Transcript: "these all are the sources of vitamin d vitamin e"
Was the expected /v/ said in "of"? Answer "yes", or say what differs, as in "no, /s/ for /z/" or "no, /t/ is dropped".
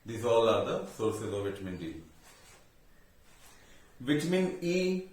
yes